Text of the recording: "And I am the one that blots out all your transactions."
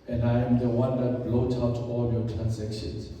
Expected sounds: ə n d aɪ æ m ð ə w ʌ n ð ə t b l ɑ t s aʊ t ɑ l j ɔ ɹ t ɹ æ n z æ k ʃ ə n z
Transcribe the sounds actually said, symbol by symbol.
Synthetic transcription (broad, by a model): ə n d aɪ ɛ m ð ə w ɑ n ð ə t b l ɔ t aʊ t ɑ l j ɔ t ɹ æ n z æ k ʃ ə n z